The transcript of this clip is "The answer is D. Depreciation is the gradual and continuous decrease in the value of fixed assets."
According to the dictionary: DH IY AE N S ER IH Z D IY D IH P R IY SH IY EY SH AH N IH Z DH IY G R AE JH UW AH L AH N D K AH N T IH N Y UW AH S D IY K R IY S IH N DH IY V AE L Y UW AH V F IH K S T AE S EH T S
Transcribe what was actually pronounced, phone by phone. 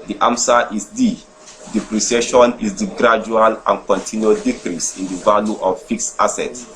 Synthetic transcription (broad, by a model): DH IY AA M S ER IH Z D IY D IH P R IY S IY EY SH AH N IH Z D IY G R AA JH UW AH L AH N K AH N T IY N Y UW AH D IY K R IY S IH N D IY V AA L Y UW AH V F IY K S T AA S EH T